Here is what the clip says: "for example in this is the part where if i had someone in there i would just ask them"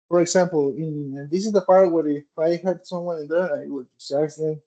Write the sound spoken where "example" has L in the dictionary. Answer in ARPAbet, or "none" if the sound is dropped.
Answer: N